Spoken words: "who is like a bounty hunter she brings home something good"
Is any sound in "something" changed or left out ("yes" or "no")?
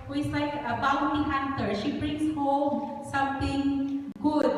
yes